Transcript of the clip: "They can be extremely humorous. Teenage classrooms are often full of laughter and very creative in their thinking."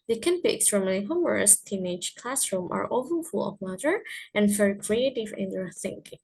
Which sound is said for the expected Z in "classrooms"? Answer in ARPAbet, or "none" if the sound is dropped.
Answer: none